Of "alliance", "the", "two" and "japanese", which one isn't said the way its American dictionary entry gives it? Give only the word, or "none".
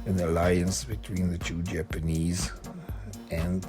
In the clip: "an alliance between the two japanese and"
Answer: none